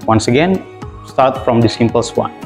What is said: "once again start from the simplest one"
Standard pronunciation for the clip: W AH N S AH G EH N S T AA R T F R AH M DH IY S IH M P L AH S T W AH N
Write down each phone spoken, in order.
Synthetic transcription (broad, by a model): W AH N S AH G EH N S T AA R T F R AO M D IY S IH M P AH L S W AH N